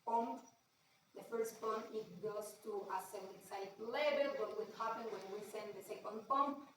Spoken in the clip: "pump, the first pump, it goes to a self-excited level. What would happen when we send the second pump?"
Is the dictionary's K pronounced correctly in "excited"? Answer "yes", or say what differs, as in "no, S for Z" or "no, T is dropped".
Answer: no, K is dropped